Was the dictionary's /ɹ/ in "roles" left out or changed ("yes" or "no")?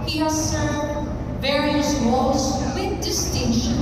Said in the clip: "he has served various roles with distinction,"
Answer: yes